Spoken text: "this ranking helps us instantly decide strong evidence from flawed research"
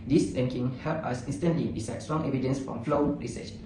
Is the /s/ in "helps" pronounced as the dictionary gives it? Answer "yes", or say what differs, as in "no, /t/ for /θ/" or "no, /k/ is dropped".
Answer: no, /s/ is dropped